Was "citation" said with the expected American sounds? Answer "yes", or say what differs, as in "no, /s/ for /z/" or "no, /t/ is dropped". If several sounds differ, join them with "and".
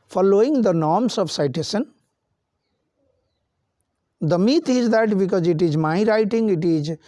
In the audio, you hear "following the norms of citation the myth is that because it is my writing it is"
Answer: no, /s/ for /ʃ/